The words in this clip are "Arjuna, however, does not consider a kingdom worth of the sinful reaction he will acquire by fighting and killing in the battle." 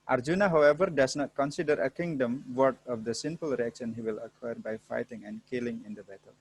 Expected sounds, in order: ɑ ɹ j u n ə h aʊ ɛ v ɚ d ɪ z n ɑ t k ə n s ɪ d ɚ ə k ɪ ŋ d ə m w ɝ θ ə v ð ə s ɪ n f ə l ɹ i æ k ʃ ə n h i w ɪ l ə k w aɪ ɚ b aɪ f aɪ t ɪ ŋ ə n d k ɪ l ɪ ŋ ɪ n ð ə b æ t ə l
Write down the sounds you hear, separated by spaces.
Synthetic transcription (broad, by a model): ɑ ɹ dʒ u n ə h aʊ ɛ v ɚ d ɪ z n ɑ t k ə n s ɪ d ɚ ə k ɪ ŋ d ə m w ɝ t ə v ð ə s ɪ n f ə l ɹ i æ k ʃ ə n h i w ɪ l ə k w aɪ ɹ b aɪ f aɪ t ɪ ŋ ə n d k ɪ l ɪ ŋ ɪ n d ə b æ t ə l